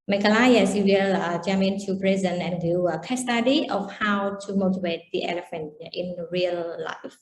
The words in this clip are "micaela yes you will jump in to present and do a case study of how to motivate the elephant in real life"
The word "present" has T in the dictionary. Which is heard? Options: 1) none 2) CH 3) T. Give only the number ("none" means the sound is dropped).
1